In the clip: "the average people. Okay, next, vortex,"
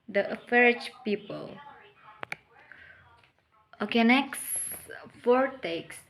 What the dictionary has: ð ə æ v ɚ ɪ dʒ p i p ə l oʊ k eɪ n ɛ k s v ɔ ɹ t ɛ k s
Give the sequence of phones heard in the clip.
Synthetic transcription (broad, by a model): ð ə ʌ f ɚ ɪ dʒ p i p ə l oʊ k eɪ n ɛ k s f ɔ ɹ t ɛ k s